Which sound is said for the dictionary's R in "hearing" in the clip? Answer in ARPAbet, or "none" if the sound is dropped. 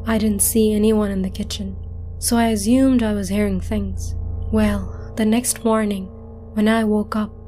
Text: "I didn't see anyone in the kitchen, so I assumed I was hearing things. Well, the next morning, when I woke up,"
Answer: R